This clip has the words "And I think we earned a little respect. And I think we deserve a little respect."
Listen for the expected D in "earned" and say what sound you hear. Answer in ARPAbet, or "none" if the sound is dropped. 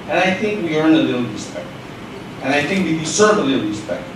none